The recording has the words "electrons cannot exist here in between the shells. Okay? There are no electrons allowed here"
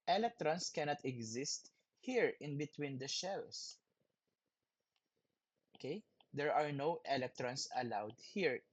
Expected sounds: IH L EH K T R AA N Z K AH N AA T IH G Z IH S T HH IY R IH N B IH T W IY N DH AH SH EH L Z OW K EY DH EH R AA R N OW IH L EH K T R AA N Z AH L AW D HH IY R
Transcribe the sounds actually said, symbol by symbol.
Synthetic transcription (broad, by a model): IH L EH K T R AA N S K AH N AA T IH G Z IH S T HH IY R IH N B IH T W IY N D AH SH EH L S OW K EY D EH R AA R N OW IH L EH K T R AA N S AH L AW D HH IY R